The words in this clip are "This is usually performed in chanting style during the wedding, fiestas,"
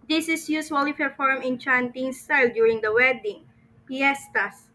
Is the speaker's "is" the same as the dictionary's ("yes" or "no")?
no